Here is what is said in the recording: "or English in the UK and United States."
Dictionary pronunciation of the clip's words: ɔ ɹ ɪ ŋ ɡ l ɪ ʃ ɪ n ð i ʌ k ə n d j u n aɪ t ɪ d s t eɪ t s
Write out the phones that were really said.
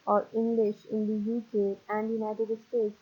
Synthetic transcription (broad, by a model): ɔ ɹ ɪ ŋ ɡ l ɪ ʃ ɪ n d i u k ə n d j u n aɪ t ɪ d s t eɪ t s